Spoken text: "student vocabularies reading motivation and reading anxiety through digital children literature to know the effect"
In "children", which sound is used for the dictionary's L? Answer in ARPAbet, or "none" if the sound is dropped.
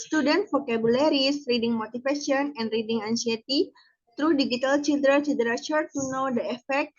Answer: none